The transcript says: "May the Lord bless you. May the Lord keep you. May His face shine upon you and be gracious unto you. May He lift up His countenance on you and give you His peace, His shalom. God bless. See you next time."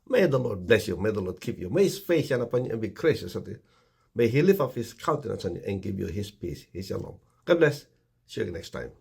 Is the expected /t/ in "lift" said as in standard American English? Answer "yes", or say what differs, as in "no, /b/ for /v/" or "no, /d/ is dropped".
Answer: no, /t/ is dropped